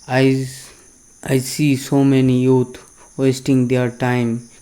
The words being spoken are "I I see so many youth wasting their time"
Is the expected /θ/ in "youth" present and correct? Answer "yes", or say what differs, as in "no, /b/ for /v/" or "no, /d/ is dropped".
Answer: no, /t/ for /θ/